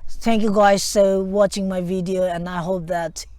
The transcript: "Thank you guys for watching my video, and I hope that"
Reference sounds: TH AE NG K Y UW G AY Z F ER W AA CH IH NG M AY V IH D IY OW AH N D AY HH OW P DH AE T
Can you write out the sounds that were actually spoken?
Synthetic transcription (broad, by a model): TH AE NG K Y UW G AY Z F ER W AA CH IH NG M AY V IH D IY OW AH N AY HH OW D DH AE T